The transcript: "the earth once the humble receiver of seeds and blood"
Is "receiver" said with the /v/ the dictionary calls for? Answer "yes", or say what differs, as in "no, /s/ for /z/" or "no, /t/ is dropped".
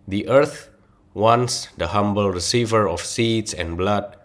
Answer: yes